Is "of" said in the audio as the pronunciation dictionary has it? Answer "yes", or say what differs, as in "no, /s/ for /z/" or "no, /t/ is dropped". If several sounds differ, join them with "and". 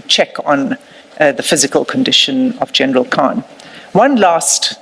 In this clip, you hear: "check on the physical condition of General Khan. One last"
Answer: yes